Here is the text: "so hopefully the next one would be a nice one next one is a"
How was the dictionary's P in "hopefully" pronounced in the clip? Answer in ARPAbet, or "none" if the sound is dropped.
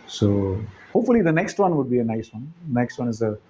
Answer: P